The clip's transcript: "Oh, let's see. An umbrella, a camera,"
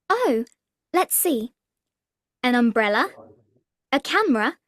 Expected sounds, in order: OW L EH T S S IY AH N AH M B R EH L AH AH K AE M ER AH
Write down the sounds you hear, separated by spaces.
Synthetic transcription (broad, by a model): OW L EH T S S IY AH N AH M B R EH L AH AH K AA M ER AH